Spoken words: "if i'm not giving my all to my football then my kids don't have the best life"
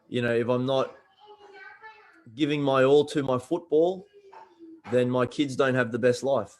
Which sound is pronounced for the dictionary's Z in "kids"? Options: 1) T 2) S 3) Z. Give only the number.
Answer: 3